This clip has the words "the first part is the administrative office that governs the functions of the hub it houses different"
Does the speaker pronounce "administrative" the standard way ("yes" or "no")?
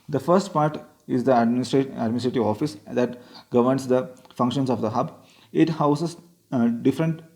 yes